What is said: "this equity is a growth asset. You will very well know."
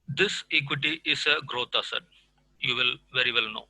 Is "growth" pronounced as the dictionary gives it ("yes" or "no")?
no